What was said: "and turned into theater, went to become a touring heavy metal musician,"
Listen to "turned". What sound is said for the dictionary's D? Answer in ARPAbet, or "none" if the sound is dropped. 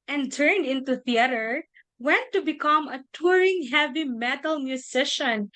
D